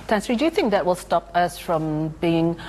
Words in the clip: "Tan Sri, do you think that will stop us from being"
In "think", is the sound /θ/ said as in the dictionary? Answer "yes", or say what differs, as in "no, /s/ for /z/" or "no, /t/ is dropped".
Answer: yes